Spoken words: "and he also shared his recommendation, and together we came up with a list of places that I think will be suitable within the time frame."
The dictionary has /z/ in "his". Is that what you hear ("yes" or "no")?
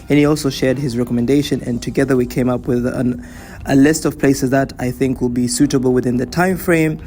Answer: yes